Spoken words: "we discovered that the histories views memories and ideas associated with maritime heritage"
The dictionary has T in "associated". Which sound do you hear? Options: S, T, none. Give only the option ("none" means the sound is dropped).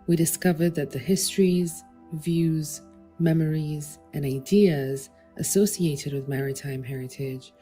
T